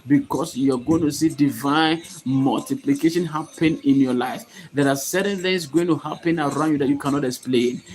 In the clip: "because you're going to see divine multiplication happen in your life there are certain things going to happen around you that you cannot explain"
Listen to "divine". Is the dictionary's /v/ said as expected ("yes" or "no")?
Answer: yes